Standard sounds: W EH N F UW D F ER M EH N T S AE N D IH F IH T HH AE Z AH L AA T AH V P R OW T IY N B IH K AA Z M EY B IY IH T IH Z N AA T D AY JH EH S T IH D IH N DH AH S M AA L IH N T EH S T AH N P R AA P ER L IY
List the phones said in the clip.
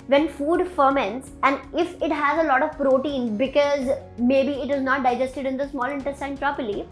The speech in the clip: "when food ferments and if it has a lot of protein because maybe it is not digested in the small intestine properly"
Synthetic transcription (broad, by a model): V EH N F UW D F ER M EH N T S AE N D IH F IH T HH AE Z AH L AA T AH V P R OW T IY N B IH K AA Z M EY B IY IH T IH Z N AA T D AY JH EH S T IH D IH N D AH S M AA L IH N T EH S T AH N P R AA P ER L IY